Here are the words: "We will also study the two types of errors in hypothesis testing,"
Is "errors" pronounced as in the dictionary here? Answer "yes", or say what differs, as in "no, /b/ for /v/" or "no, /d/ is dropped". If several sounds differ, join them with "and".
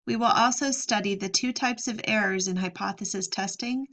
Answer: yes